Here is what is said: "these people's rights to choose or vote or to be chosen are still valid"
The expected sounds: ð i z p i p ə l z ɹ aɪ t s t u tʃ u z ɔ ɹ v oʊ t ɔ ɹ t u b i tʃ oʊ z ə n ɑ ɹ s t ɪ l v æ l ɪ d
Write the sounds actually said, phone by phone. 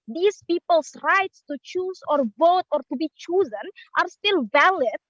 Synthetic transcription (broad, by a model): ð i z p i p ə l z ɹ aɪ t s t u tʃ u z ɔ ɹ v oʊ t ɔ ɹ t u b i tʃ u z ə n ɑ ɹ s t ɪ l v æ l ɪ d